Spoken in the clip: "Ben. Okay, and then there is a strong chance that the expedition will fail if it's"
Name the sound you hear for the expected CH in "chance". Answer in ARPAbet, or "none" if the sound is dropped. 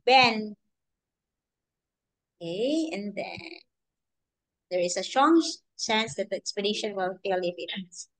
S